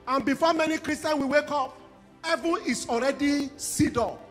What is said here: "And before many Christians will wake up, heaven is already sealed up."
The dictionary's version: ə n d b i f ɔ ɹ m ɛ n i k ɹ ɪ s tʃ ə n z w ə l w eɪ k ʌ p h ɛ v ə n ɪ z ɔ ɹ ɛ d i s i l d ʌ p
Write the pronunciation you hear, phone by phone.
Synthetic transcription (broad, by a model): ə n b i f ɔ m ɛ n i k ɹ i s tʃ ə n w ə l w eɪ k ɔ p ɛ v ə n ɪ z ɔ ɹ ɛ d i s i d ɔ